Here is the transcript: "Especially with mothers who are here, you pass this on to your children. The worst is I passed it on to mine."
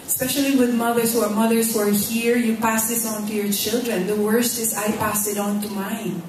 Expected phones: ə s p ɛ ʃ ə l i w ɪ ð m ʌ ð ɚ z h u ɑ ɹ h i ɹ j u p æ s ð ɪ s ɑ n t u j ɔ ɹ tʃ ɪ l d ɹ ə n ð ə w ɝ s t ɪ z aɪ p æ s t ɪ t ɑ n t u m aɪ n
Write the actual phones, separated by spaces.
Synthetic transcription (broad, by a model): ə s p ɛ ʃ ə l i w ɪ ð m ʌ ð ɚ s h u ɑ ɹ h i ɹ j u p æ s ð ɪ s ɑ n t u j ɔ ɹ tʃ ɪ l d ɹ ə n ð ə w ɝ s t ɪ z aɪ p æ s t ɪ t ɑ n t u m aɪ n